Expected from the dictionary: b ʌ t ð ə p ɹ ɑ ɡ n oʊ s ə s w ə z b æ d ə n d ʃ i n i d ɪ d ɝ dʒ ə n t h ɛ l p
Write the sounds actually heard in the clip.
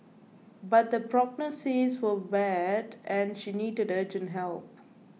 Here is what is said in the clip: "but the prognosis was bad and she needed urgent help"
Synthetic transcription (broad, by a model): b ʌ t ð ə p ɹ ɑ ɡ n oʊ s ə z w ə b æ d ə n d ʃ i n i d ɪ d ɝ dʒ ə n h ɛ l p